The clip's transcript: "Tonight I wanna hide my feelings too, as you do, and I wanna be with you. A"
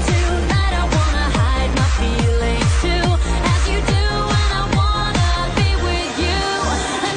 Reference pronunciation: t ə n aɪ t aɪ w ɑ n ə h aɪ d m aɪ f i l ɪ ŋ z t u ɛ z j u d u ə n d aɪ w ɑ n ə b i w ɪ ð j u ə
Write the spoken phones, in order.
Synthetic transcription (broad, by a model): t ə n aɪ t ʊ w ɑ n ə h aɪ d m aɪ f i l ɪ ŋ t u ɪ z j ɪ d u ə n aɪ w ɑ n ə b i w ɪ ð j u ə